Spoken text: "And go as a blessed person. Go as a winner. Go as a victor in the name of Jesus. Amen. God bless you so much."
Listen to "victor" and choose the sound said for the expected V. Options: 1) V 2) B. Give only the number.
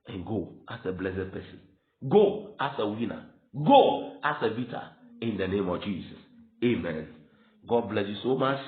2